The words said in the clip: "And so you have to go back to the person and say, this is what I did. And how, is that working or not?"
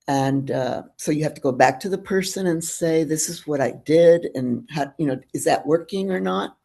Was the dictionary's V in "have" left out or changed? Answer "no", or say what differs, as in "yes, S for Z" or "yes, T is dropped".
yes, F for V